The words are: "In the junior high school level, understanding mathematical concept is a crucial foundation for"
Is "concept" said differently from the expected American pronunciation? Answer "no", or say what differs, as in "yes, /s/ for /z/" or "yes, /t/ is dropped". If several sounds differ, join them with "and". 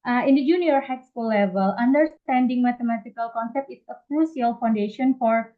no